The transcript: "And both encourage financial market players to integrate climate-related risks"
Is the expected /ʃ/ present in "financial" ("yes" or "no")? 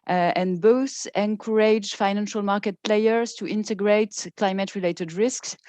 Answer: yes